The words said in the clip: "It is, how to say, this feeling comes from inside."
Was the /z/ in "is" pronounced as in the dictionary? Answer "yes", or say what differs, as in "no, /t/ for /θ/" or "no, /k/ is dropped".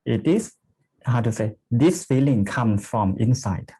no, /s/ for /z/